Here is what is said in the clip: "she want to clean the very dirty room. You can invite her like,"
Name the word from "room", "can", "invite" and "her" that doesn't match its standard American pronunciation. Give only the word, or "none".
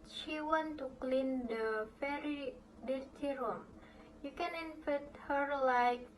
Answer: invite